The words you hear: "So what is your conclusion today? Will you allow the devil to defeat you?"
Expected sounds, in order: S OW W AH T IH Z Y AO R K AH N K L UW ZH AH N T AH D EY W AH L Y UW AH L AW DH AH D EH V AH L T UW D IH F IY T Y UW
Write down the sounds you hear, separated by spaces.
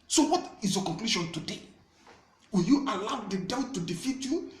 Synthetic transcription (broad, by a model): S OW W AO T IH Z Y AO K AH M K L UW SH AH N T AH D EY W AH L Y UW AH L AW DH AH D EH AH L T UW D IH F IY T Y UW